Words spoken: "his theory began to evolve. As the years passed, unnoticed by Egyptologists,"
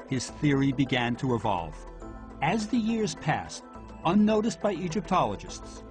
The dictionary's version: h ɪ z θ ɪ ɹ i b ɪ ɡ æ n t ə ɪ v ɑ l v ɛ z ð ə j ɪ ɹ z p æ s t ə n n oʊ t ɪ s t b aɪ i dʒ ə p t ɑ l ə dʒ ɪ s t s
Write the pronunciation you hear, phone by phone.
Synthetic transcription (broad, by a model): h ɪ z θ ɪ ɹ i b ɪ ɡ æ n t ə ɪ v ɑ l v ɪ z ð ə j ɪ ɹ z p æ s t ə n n oʊ t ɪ s b aɪ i dʒ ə p t ɑ l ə dʒ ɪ s t s